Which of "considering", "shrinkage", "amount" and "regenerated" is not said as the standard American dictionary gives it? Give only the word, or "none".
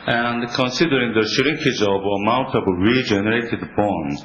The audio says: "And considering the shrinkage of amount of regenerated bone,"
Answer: none